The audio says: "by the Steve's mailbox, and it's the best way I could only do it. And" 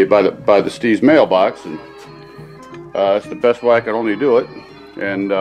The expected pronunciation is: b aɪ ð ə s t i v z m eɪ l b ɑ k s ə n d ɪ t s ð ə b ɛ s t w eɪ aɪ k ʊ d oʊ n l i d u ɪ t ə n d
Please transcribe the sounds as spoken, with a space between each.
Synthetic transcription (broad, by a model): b aɪ ð ə s t i z m eɪ l b ɑ k s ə n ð ɪ t s ð ə b ɛ s t w eɪ aɪ k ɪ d oʊ n l i d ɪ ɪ t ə n